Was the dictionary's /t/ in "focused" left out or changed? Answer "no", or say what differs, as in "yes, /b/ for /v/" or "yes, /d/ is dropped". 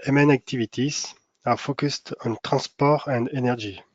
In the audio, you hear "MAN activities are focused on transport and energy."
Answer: no